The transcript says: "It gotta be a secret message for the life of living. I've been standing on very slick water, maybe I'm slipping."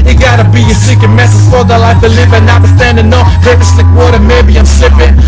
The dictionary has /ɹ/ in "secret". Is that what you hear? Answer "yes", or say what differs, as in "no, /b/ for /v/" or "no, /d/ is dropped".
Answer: no, /ɹ/ is dropped